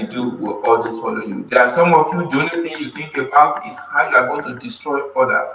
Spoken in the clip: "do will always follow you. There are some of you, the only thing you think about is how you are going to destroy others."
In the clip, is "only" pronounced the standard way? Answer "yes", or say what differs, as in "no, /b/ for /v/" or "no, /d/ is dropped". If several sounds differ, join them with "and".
no, /l/ is dropped